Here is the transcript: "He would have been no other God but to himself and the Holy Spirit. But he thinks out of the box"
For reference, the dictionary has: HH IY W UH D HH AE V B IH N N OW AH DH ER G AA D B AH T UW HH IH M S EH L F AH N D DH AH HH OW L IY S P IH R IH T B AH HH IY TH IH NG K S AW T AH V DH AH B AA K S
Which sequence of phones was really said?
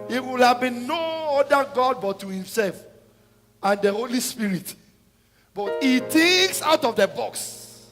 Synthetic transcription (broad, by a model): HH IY W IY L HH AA V B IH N N OW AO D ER G AA D B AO T UW HH IH M S EH L F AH N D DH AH HH OW L IY S P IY R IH T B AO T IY T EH K S AW T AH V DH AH B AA K S